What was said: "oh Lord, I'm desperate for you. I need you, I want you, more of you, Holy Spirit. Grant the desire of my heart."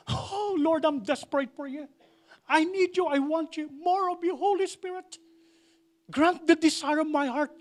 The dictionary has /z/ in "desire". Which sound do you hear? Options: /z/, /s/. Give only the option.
/s/